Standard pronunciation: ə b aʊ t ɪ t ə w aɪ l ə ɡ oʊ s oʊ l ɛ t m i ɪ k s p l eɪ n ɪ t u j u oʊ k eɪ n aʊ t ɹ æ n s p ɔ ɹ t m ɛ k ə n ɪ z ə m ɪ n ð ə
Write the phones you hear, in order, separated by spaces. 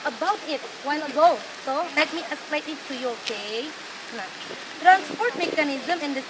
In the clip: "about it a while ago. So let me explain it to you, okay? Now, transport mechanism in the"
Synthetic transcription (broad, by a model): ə b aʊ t ɪ t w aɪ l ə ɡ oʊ s oʊ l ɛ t m i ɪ s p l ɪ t ɪ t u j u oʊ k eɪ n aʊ t ɹ æ n s p ɔ ɹ t m ɛ k ə n ɪ z ə m ɪ n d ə